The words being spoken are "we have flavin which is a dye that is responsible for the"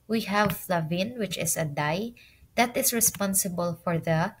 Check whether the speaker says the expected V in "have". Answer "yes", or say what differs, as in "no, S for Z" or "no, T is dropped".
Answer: yes